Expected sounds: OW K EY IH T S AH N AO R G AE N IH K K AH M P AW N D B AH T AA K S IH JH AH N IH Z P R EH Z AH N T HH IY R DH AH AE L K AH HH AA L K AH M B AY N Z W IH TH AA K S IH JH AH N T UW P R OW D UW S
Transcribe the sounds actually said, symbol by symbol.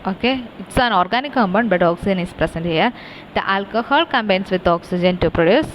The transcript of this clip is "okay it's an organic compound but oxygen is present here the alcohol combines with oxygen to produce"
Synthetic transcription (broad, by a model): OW K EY IH T S AH N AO R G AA N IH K K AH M B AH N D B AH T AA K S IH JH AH N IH S P R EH S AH N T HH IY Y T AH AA L K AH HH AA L K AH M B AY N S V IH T AA K S IH JH AH N T UW P R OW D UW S